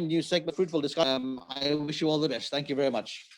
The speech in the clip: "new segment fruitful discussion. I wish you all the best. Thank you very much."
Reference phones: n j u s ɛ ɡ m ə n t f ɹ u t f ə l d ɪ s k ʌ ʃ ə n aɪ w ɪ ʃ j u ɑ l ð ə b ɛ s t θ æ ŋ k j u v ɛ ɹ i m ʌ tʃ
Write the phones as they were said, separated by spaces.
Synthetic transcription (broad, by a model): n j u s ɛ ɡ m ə f ɹ u t f ə l d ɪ s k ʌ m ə ɪ w ɪ ʃ j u ɑ l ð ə b ɛ s t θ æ ŋ k j u v ɛ ɹ i m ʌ tʃ